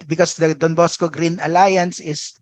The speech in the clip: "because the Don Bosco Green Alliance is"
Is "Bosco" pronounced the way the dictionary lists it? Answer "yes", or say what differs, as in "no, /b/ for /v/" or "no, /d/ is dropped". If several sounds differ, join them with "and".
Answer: yes